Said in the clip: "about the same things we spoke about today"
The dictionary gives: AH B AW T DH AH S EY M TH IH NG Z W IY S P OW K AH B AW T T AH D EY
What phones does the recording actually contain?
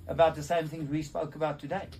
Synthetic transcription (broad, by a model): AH B AW T DH AH S EY M TH IH NG Z W IY S P OW K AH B AW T T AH D EY